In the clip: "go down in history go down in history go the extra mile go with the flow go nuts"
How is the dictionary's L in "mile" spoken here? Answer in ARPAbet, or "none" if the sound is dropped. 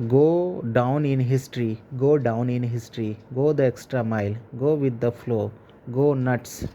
L